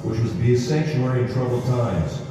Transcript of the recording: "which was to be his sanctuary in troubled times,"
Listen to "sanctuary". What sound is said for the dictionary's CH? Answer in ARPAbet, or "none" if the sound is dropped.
SH